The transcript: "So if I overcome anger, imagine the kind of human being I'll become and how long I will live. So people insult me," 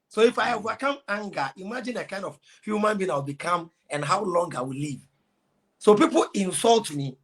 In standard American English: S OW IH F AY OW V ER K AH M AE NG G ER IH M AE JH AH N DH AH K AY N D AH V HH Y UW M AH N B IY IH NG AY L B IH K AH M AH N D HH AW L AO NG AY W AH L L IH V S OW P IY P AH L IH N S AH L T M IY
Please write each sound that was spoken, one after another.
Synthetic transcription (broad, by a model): S OW IH F AY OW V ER K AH M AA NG G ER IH M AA JH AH N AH K AY N D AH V HH Y UW M AH N B IY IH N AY W B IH K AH M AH N HH AW L AO NG AY W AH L L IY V S OW P IY P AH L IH N S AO L T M IY